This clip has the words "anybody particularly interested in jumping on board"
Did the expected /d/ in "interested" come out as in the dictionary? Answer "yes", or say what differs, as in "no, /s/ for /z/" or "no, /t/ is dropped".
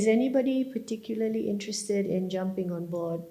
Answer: yes